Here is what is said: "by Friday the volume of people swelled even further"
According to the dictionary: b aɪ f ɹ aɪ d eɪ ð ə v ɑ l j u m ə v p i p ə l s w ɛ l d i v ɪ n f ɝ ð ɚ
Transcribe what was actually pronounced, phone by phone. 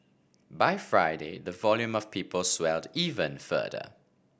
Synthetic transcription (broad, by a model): b aɪ f ɹ aɪ d eɪ ð ə v ɑ l j u m ə v p i p ə l s w ɛ l d i v ɪ n f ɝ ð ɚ